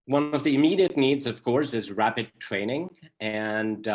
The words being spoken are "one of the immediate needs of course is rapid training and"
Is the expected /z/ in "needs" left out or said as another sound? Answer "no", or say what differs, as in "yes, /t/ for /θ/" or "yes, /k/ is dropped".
no